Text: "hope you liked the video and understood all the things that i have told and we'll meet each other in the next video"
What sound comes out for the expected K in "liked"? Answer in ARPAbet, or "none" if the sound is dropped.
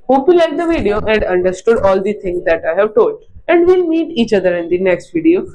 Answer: none